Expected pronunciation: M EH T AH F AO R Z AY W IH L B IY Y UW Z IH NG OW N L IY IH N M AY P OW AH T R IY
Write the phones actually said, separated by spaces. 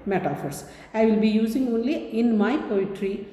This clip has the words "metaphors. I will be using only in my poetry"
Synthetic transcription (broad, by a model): M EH T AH F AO R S AY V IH L B IY Y UW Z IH NG OW N L IY IH N M AY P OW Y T R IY